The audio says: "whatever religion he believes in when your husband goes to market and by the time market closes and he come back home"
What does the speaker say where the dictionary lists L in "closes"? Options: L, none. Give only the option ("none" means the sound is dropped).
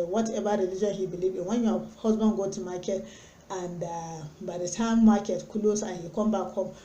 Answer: none